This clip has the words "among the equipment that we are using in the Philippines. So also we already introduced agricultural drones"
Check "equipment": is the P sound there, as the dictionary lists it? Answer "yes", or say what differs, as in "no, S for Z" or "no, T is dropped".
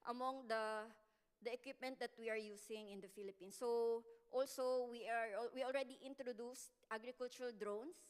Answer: yes